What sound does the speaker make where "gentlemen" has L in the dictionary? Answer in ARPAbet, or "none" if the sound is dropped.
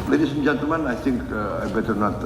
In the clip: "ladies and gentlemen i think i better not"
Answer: none